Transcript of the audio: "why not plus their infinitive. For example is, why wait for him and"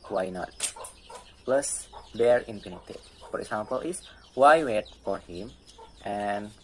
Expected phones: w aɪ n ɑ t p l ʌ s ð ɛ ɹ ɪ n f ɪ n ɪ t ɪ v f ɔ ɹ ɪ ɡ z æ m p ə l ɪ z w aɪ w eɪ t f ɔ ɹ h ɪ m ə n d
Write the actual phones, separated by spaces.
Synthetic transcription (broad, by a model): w aɪ n ɑ t p l ʌ s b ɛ ɹ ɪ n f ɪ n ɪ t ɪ f ɔ ɹ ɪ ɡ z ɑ m p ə l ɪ s w aɪ w eɪ t f ɔ ɹ h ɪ m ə n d